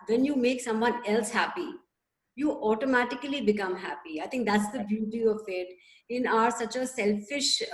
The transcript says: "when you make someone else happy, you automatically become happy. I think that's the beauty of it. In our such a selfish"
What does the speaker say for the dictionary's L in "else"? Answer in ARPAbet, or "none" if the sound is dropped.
L